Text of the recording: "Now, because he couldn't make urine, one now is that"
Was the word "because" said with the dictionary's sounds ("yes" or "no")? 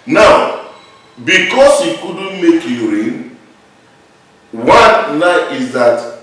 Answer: no